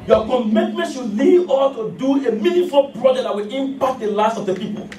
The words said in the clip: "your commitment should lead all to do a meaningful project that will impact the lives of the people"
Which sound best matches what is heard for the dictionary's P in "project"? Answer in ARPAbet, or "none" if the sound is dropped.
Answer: B